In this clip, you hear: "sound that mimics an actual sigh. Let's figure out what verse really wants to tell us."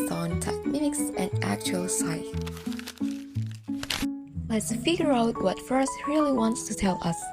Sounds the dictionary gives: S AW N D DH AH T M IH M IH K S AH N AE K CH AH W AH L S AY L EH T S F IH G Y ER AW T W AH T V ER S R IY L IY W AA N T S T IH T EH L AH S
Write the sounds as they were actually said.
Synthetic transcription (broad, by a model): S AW N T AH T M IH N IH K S AH N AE K CH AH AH L S AY L EH T S F IH G Y ER AW T W AH T F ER S R IY L IY W AA N T S T IH T EH L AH S